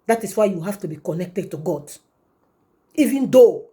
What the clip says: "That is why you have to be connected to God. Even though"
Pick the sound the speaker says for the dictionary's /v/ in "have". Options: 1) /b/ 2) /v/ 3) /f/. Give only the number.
3